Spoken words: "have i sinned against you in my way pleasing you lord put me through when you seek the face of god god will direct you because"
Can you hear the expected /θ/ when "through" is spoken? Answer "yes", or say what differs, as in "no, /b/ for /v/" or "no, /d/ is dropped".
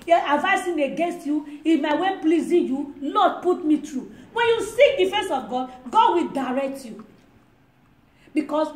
no, /t/ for /θ/